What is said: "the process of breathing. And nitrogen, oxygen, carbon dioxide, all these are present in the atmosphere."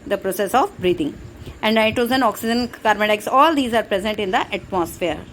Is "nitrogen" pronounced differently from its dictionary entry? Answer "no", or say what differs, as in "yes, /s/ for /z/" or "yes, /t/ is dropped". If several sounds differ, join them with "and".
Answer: yes, /ɹ/ is dropped and /z/ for /dʒ/